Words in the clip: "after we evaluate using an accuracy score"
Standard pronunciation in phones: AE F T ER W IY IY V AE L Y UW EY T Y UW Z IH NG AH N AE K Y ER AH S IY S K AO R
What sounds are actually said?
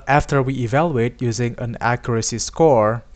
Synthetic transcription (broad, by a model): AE F T ER W IY IY V AE L Y UW EY T Y UW Z IH NG AH N AE K Y ER AH S IY S K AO R